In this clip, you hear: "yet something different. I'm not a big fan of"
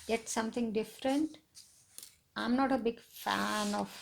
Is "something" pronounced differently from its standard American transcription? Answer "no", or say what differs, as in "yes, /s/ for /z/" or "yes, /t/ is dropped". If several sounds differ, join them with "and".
yes, /t/ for /θ/